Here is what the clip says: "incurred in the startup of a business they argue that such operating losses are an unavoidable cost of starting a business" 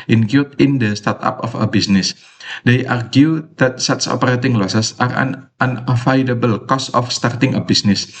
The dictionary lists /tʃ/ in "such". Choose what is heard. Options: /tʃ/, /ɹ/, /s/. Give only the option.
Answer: /s/